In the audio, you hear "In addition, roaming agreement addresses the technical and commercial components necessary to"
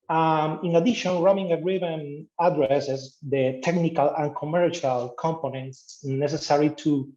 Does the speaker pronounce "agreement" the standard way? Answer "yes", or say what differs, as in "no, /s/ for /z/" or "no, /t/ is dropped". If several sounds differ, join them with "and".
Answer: no, /t/ is dropped